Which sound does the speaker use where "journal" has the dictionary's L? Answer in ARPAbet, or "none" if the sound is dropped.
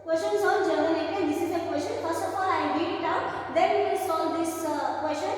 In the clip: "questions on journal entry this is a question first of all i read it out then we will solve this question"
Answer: N